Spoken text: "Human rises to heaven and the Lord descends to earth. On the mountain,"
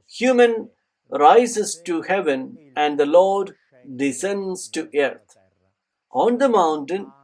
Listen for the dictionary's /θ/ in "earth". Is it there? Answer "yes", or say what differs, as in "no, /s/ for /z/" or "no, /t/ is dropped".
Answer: no, /t/ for /θ/